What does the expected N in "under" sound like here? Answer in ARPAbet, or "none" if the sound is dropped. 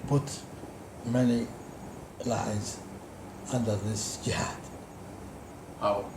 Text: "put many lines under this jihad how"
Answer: N